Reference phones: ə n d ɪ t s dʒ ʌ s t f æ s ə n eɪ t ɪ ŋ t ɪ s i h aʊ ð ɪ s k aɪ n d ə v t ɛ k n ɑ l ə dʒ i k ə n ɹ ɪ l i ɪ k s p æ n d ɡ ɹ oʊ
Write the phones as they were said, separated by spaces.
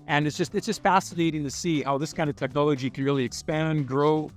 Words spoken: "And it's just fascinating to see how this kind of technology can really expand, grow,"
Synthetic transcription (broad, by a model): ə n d ɪ t s dʒ ʌ s t f æ s ə n eɪ t ɪ ŋ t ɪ s i h aʊ ð ɪ s k aɪ n d ə v t ɛ k n ɑ l ə dʒ i k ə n ɹ ɪ l i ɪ k s p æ n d ɡ ɹ oʊ